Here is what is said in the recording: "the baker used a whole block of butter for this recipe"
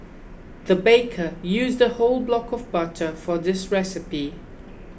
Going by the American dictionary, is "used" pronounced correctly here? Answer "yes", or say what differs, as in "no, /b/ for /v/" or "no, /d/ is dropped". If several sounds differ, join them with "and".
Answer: yes